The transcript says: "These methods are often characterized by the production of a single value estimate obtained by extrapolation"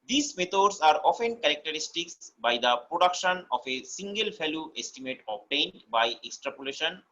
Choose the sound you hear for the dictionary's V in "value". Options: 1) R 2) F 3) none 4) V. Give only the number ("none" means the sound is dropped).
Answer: 2